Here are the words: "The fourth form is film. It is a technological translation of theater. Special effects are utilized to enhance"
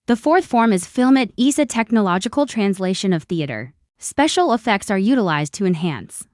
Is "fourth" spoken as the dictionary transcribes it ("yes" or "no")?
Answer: yes